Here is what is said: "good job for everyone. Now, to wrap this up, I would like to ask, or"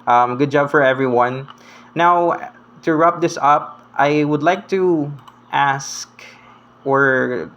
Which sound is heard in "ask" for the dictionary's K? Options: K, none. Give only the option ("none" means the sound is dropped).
K